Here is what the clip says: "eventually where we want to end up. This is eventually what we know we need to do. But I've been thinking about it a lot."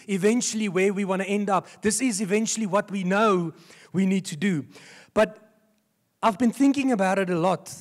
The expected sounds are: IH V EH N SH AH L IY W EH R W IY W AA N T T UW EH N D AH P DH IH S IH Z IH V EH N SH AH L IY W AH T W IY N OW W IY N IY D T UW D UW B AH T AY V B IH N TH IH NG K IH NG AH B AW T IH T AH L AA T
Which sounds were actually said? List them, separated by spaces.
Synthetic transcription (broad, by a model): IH V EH N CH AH L IY W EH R W IY W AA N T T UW EH N D AH P DH IH S IH Z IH V EH N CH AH L IY W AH T W IY N OW W IY N IY D T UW D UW B AH T AY V B IH N TH IH NG K IH NG AH B AW T IH T AH L AA T